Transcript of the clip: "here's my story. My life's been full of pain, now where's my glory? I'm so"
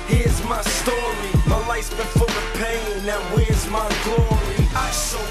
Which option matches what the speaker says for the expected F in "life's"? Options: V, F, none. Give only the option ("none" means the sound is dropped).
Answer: none